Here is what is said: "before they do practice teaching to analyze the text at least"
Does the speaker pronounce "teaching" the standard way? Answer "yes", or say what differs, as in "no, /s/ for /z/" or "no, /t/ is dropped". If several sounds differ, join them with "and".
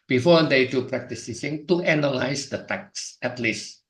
no, /s/ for /tʃ/